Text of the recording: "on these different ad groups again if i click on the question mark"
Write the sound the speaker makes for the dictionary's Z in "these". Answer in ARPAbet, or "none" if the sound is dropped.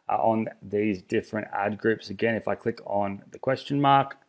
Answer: Z